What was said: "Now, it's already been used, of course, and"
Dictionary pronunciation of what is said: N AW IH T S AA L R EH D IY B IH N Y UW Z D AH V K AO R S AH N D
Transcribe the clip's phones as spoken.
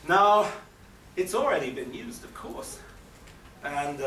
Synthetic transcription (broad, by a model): N AW IH T S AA L R EH D IY B IH N Y UW Z D AH V K AO R S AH N